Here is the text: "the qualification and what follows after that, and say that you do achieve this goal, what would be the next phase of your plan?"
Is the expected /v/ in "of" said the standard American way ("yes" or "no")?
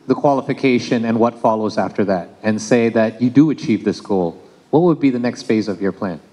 yes